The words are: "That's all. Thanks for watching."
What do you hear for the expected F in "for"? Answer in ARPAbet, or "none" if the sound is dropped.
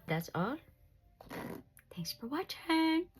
F